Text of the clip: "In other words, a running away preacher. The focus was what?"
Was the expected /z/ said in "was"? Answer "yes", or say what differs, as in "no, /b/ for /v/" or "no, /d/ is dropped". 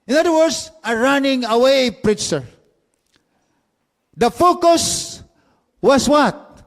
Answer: no, /s/ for /z/